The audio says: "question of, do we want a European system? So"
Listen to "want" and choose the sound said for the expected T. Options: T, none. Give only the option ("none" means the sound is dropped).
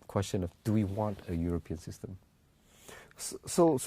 T